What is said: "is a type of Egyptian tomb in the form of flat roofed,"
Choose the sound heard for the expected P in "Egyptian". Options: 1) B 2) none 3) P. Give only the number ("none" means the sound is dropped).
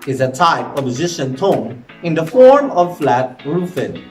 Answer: 2